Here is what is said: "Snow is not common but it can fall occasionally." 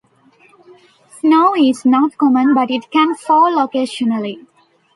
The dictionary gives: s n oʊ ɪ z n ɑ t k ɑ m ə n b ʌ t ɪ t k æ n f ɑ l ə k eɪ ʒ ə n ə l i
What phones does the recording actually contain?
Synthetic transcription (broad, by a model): s n oʊ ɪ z n ɑ t k ɑ m ə n b ʌ t ɪ t k æ n f ɑ l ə k eɪ ʃ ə n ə l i